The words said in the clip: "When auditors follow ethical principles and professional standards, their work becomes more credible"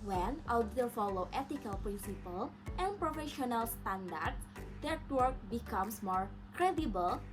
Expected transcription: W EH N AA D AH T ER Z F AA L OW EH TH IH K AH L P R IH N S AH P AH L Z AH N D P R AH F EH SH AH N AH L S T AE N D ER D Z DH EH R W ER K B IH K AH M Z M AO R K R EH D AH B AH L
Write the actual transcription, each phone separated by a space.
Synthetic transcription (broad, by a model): W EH N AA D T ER F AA L OW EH T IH K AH L P R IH N S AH P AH L AH N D P R AH F EH SH AH N AH L S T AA N D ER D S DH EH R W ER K B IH K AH M S M AO R K R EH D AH B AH L